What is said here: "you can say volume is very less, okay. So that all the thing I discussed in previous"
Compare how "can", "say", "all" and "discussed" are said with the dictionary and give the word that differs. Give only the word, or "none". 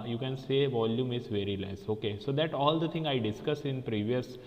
discussed